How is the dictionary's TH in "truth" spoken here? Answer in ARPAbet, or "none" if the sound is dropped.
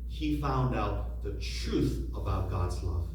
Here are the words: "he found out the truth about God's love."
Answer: TH